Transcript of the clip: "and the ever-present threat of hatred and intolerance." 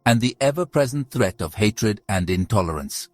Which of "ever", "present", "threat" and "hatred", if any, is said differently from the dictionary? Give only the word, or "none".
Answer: none